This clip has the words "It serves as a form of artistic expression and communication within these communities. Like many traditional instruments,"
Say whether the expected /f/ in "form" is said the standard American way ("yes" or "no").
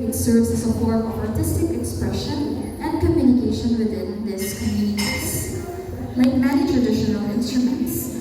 no